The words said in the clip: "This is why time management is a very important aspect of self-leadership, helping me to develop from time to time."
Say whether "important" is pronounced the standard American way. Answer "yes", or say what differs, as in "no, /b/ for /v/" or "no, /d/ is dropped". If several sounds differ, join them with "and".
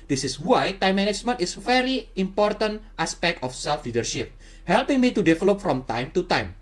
yes